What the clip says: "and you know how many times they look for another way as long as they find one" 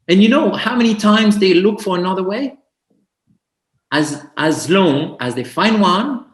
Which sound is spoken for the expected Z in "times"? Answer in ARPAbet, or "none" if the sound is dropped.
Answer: Z